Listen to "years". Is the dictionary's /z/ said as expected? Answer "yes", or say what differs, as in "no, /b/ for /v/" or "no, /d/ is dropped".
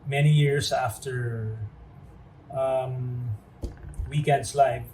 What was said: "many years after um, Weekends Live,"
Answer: no, /s/ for /z/